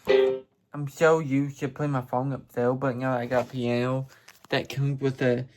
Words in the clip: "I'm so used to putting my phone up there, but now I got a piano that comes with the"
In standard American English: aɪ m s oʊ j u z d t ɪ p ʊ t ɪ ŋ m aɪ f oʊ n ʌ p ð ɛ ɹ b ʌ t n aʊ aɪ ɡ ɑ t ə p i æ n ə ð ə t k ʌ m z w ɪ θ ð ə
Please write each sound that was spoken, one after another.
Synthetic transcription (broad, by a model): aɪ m ʃ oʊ j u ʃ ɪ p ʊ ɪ m aɪ f oʊ n ʌ p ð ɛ l b ʌ t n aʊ aɪ ɡ ɑ t ə p i æ n ə ð ə t k ʌ m z w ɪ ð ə